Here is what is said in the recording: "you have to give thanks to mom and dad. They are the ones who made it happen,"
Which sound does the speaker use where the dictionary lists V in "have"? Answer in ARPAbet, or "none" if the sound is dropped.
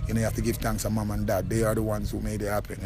F